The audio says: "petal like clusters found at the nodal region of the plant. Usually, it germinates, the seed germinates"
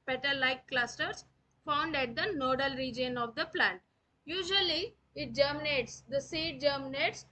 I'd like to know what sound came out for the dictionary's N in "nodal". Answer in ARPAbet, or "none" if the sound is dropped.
N